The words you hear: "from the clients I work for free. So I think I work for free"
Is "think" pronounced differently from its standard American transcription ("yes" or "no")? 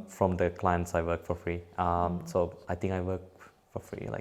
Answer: yes